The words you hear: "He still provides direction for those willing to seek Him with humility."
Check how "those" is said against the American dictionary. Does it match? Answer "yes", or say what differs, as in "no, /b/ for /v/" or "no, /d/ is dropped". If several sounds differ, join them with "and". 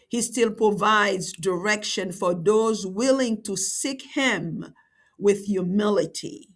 yes